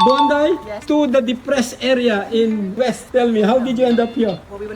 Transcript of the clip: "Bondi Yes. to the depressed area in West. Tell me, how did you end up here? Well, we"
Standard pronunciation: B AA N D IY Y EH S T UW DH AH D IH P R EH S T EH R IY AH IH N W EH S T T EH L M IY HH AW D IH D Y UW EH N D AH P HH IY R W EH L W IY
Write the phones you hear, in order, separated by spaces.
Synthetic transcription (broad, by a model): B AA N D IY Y T UW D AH D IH P R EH S EH R IY AH IH N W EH S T T EH L M IY HH AW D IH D Y UW EH N D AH P HH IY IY